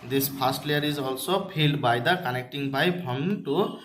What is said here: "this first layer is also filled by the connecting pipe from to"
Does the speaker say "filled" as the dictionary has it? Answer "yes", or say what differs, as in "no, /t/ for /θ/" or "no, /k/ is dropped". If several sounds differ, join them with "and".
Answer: no, /p/ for /f/